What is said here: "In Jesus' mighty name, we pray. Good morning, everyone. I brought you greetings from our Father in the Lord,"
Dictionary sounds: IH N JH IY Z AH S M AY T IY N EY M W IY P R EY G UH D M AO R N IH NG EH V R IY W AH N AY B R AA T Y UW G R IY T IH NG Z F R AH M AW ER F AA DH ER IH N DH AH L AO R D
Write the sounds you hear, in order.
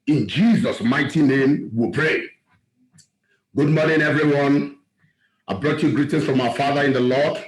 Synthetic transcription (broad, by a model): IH N JH IY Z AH S M AY T IY N EY M W IY P R EY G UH D M AO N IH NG EH V R IY W AH N AY B R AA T Y UW G R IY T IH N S F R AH M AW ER F AA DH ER IH N DH AH L AO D